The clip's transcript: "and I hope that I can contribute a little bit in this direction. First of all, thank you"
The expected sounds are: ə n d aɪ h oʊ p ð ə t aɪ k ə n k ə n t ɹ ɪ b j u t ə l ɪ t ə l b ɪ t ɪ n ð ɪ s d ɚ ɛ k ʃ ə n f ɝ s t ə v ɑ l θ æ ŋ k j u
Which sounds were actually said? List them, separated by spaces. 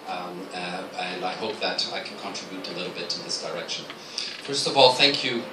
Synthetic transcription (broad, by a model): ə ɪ aɪ h oʊ p ð ə t aɪ k n k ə n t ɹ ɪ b j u t ə l ɪ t l b ɪ t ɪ ð ɪ s d ɚ ɛ k ʃ ə n f ɝ s t ə v ɑ l θ æ ŋ k j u